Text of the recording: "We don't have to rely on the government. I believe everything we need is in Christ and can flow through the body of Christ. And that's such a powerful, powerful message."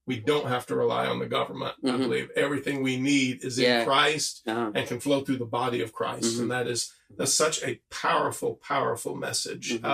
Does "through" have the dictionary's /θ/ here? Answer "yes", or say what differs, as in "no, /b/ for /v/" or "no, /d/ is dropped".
yes